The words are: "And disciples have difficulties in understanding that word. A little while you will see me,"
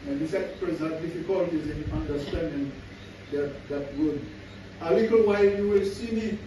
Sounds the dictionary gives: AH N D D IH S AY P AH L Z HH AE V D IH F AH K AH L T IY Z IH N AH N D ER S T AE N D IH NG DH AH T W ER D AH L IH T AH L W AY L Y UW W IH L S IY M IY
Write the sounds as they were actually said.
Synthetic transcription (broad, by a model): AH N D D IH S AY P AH Z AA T D IH F AH K AH L T IY Z IH N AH N D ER S T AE N D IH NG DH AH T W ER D AH L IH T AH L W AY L Y UW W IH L S IY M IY